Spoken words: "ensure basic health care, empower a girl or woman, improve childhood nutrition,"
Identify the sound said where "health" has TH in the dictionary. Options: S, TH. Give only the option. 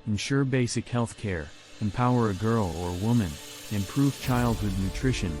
TH